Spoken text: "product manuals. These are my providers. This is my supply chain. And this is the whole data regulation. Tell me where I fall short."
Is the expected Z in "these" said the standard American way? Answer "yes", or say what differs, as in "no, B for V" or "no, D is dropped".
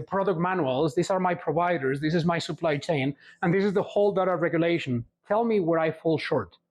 no, S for Z